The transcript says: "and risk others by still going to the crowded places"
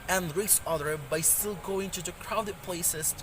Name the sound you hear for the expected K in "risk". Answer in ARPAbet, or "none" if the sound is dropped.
none